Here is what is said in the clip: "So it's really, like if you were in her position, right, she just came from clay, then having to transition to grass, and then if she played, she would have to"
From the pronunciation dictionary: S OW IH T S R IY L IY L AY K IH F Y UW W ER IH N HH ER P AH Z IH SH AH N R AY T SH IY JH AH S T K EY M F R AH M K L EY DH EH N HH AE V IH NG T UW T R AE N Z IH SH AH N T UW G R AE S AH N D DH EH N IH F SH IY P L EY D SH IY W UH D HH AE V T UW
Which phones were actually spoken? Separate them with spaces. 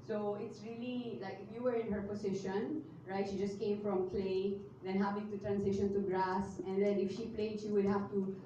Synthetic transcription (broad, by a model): S OW IH T S R IY L IY L AY K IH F Y UW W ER IH N HH ER P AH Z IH SH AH N R AY T SH IY JH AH S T K EY M F R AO M K L EY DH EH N HH AE V IH NG T UW T R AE N S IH SH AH N T UW G R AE S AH N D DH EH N IH F SH IY P L EY D SH IY W UH D HH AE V T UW